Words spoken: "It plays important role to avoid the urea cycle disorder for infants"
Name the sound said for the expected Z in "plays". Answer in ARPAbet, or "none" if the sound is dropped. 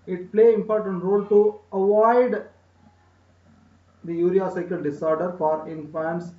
none